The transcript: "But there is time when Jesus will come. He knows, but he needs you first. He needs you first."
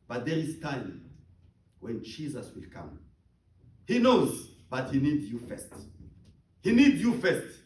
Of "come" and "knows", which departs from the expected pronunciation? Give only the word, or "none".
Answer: none